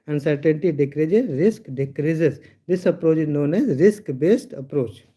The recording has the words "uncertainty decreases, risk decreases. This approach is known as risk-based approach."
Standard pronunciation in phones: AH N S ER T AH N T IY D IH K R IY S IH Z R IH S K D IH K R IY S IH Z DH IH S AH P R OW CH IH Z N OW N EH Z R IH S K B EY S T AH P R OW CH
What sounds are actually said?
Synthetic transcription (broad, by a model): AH N S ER T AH N T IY D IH K R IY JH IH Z R IH S K D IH K R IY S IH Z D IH S AH P R OW CH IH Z N OW N EH Z R IH S K B EY S T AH P R OW CH